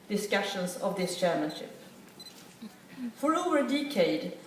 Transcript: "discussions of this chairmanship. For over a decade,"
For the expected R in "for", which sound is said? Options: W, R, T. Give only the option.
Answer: R